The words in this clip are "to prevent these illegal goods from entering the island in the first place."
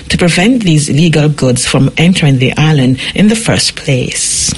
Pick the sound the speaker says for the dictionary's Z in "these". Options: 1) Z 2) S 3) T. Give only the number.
1